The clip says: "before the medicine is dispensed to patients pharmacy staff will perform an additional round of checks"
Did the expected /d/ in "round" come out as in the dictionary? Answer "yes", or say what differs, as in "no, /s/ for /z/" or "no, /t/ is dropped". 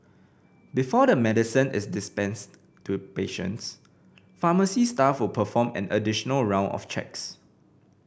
no, /d/ is dropped